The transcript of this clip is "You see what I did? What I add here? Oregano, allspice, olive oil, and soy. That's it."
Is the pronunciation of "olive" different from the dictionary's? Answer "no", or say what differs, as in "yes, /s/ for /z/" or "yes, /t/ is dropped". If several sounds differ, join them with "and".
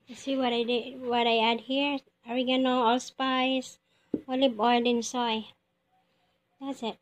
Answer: yes, /b/ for /v/